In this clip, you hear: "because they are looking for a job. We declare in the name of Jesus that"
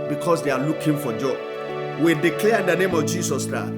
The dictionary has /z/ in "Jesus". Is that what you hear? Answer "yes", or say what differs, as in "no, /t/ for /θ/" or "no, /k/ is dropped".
no, /s/ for /z/